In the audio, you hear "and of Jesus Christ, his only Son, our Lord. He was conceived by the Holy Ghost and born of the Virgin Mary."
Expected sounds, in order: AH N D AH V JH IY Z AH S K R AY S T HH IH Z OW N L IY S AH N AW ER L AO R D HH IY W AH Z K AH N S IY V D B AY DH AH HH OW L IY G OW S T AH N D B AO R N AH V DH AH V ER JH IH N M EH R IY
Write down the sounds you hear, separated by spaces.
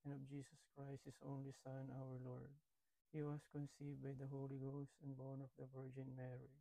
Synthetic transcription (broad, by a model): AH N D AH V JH IY S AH S K R AY S T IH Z OW N L IY S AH N AW ER L AO R D HH IY W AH S K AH N S IY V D B AY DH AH HH OW L IY G OW S T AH N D B AO R N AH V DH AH V ER JH IH N M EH R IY